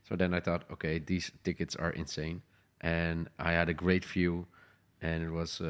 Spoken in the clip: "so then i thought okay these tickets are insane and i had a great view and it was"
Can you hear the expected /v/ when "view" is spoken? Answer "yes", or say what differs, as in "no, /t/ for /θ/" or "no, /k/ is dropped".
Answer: no, /f/ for /v/